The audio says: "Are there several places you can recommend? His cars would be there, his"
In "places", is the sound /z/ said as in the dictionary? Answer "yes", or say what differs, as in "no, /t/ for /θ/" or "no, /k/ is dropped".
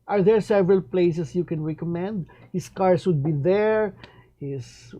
no, /s/ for /z/